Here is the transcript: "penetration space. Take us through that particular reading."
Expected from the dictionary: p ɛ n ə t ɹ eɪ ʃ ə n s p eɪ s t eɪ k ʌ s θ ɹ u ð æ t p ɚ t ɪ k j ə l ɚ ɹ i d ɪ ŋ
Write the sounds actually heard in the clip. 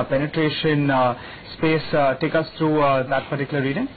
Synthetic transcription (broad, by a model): p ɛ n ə t ɹ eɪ ʃ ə n s p eɪ s t eɪ k ʌ s t ɹ u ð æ t p ɚ t ɪ k j ə l ɚ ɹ i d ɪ ŋ